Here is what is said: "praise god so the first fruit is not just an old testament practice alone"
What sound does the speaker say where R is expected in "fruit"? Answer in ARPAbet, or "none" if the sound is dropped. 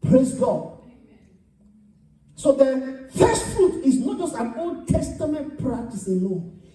R